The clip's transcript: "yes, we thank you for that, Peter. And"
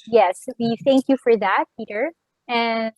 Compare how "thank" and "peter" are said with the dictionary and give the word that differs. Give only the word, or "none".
none